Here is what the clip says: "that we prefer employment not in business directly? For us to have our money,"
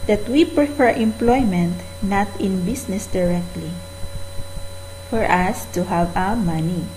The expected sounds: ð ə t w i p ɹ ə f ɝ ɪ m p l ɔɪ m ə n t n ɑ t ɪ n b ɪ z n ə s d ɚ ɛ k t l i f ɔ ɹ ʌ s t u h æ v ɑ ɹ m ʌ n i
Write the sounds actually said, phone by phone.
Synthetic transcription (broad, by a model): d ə t w i p ɹ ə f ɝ ɪ m p l ɔɪ m ə n t n ɑ t ɪ n b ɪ s n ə s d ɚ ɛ k t l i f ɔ ɹ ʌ s t u h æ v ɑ w m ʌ n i